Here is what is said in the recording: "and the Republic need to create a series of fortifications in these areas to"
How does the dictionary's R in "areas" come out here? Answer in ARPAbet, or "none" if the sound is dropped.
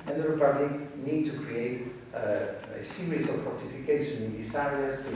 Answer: none